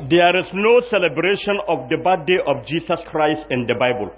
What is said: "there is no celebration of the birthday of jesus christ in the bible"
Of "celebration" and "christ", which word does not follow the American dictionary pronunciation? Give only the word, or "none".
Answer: none